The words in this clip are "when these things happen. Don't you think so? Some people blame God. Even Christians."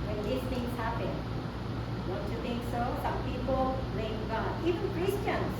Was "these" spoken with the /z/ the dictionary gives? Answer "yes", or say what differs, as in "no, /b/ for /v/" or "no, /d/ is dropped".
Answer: no, /s/ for /z/